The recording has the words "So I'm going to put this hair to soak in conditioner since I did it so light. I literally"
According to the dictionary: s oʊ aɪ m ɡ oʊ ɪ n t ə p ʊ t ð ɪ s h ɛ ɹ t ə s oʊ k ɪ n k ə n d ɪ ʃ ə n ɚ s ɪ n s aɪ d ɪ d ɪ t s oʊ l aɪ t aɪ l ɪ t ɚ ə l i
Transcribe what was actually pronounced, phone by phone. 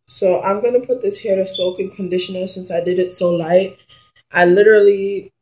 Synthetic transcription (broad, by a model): s oʊ aɪ m ɡ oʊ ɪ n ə p ʊ t ð ɪ s h ɛ ɹ t ə s oʊ k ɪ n k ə n d ɪ ʃ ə n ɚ s ɪ n s aɪ d ɪ d ɪ t s oʊ l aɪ t aɪ l ɪ t ɚ l i